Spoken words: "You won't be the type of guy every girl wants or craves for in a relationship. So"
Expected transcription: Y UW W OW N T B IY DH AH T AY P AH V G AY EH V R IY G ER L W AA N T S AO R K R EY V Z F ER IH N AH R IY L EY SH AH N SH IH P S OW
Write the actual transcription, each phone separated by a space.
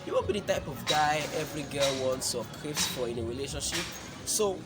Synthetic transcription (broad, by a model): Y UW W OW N B IY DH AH T AY P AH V G AY EH V R IY G ER L W AA N T S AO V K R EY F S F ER IH N AH R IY L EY SH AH N SH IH P S OW